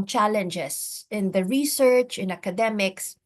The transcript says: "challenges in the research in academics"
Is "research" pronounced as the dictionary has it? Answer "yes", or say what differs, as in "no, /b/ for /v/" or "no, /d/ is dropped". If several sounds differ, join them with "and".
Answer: yes